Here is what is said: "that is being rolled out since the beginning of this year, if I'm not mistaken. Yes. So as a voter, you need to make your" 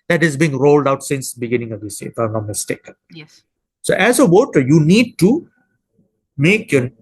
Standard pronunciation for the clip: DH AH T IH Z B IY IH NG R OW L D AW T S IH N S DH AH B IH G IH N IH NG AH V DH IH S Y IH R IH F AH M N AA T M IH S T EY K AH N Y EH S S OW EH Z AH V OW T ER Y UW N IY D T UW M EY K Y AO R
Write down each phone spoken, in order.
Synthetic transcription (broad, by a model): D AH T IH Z B IY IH NG R OW L D AW T S IH N S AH B IH G IH N IH NG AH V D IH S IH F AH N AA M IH S T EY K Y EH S S OW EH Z AH W OW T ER Y UW N IY D T UW M EY K Y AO